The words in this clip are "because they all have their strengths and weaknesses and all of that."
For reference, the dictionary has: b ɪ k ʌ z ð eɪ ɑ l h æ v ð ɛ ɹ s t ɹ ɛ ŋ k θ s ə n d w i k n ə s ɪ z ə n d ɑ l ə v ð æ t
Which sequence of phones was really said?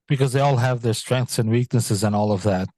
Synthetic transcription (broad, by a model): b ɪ k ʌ z ð eɪ ɑ l h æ v ð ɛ ɹ s t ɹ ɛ ŋ k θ s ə n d w i k n ə s ɪ z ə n ɑ l ə v ð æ t